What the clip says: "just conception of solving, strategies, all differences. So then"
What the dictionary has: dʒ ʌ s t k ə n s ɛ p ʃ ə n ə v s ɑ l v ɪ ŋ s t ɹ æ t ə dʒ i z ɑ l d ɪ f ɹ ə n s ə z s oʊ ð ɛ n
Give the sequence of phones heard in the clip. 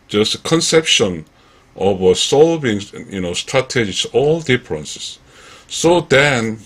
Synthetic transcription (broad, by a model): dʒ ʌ s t k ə n s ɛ p ʃ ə n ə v s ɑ l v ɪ ŋ s t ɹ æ t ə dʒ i s ɑ l d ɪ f ɹ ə n s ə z s oʊ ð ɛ n